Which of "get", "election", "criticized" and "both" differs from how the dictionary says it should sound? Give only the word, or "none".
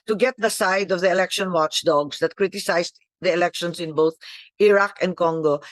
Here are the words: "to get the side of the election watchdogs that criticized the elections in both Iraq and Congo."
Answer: criticized